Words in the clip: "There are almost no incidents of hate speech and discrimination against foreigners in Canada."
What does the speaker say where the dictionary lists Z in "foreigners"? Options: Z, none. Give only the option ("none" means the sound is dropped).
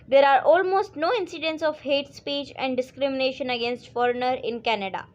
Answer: none